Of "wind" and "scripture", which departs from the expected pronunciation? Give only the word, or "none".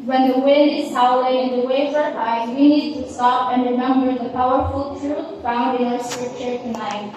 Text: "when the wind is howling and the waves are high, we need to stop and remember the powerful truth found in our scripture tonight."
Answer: scripture